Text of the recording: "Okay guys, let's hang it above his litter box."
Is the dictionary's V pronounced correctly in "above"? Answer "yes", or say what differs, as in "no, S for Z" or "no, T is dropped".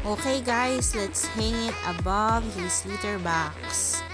yes